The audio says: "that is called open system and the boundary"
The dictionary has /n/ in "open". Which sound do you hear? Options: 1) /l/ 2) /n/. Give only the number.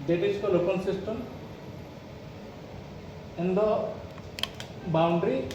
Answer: 1